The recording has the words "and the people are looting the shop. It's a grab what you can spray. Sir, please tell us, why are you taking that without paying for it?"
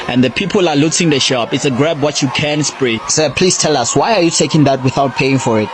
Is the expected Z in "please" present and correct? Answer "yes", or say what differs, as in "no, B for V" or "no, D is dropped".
no, S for Z